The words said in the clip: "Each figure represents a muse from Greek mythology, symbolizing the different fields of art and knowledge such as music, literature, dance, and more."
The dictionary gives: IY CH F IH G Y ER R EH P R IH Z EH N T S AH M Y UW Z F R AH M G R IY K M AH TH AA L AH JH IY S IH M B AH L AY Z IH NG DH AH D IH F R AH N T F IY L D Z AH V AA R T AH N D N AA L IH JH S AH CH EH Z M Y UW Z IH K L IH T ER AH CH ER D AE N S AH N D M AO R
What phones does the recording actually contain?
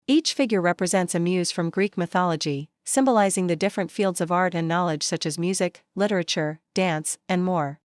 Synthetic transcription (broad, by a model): IY CH F IH G Y ER R EH P R IH Z EH N T S AH M Y UW Z F R AH M G R IY K M AH TH AA L AH JH IY S IH M B AH L AY Z IH NG DH AH D IH F R AH N T F IY L D Z AH V AA R T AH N N AA L IH JH S AH CH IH Z M Y UW Z IH K L IH T ER AH CH ER D AE N S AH N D M AO R